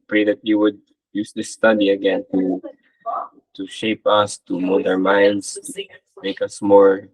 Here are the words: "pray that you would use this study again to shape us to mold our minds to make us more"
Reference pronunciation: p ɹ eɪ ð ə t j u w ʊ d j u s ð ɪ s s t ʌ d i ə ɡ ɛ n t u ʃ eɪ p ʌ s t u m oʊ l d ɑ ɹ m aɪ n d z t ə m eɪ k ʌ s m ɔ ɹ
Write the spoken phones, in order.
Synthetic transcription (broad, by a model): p ɹ eɪ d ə t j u w ʊ d j u s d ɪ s s t ʌ d i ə ɡ ɛ n t u ʃ eɪ p ʌ s t u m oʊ d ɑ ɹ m aɪ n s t m eɪ k ʌ s m ɔ ɹ